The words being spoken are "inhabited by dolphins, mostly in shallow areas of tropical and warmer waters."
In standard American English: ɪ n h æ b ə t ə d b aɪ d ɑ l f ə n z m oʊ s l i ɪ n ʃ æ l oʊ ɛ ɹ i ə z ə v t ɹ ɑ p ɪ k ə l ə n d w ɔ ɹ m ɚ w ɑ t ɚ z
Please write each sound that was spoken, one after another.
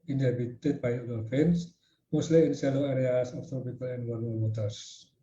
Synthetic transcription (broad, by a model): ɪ n h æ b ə t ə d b aɪ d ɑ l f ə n s m oʊ s l i ɪ n s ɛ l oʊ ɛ ɹ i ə s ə f t ɹ ɑ p ɪ k ə l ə n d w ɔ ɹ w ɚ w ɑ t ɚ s